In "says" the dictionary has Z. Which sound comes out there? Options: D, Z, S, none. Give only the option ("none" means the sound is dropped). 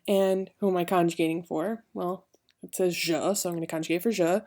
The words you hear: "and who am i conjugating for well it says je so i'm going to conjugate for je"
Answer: Z